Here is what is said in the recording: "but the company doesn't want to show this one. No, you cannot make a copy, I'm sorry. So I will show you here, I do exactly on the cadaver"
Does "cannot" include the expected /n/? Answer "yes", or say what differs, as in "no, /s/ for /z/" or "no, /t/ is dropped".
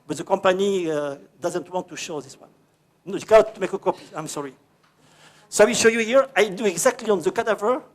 no, /n/ is dropped